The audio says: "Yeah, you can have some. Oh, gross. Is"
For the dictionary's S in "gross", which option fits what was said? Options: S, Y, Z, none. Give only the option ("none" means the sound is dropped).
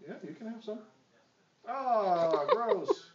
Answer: none